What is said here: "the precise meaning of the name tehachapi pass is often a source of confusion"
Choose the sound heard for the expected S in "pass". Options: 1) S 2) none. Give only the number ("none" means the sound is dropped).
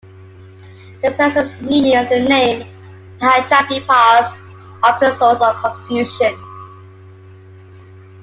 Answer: 2